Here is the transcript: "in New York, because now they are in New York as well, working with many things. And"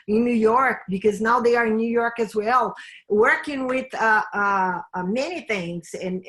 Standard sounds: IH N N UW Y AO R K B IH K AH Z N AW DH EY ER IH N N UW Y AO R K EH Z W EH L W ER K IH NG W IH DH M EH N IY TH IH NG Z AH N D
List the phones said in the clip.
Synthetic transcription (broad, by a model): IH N N UW Y AO R K B IH K AH Z N AW DH EY ER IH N N UW Y AO R K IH Z W EH L W ER K IH NG W IH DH M EH N IY TH IH NG Z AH N